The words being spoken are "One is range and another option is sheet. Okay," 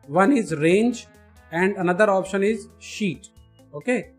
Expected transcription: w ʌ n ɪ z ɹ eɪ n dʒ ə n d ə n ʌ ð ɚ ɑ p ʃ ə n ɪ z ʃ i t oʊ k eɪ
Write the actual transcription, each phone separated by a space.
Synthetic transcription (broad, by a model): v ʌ n ɪ z ɹ eɪ n dʒ ə n d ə n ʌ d ɚ ɑ p ʃ ə n ɪ z ʃ i t oʊ k eɪ